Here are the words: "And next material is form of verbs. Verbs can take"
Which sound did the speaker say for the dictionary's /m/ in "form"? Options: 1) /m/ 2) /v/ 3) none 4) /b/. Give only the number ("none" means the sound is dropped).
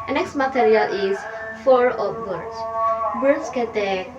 3